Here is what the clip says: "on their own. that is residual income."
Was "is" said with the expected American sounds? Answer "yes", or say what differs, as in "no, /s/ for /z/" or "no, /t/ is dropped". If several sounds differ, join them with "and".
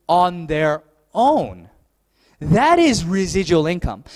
yes